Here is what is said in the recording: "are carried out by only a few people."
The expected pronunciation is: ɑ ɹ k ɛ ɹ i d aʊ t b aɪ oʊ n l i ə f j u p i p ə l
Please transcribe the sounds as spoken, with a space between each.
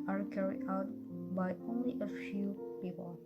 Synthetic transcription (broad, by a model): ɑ ɹ k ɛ ɹ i aʊ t b aɪ oʊ n l i ə f j u p i p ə l